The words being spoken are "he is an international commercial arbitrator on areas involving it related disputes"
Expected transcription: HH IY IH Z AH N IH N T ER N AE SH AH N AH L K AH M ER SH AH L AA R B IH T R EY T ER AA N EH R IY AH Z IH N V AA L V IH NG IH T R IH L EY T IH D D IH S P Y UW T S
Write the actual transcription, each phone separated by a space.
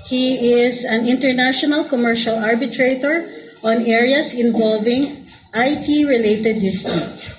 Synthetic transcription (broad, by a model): HH IY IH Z AH N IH N T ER N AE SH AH N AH L K AH M ER SH AH L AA R B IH T R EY T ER AA N EH R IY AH S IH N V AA L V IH NG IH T R IH L EY T IH D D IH S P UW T S